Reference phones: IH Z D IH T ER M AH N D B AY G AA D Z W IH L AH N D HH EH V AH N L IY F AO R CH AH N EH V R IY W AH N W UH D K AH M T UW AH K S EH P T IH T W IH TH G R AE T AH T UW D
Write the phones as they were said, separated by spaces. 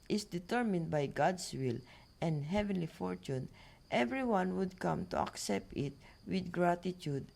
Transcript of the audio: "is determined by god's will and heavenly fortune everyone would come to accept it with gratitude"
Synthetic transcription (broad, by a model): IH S D IH T ER M AH N D B AY G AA D S W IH L AH N D HH EH V AH N L IY F AO R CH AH N EH V R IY W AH N W UH D K AH M T UW AH K S EH P T IH T W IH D G R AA T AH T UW D